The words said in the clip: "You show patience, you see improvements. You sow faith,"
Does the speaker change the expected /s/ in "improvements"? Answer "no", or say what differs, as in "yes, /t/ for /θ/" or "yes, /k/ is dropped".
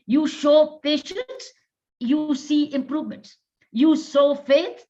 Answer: yes, /s/ is dropped